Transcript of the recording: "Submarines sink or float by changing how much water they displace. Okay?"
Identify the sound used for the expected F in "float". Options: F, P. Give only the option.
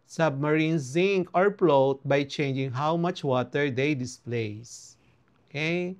P